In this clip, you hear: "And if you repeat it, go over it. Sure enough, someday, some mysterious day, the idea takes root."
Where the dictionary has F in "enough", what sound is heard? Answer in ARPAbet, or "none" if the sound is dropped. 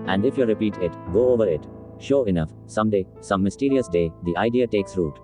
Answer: F